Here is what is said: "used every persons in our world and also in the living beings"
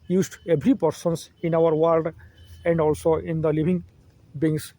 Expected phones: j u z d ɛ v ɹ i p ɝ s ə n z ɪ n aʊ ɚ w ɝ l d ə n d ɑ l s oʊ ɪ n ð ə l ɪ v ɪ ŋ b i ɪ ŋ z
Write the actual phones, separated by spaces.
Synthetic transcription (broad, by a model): j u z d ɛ b ɹ i p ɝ s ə n s ɪ n aʊ ɚ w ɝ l d ə n d ɑ l s oʊ ɪ n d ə l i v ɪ ŋ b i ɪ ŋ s